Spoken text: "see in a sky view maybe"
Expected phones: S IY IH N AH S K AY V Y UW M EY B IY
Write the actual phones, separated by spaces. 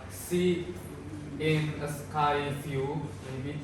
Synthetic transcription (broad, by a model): S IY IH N AH S K AY F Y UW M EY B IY